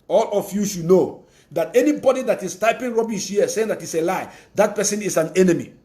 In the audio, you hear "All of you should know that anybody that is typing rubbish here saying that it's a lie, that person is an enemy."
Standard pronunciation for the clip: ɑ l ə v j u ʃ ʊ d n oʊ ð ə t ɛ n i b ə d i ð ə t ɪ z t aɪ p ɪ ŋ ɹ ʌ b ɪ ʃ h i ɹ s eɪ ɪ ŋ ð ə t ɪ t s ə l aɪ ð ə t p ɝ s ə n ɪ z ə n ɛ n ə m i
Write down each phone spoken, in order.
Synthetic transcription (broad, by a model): ɑ l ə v j u ʃ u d n oʊ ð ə t ɛ n i b ə d i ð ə t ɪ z t aɪ p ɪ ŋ ɹ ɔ b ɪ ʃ h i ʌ s eɪ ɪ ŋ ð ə t ɪ t s ə l aɪ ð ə t p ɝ s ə n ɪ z ə n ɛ n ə m i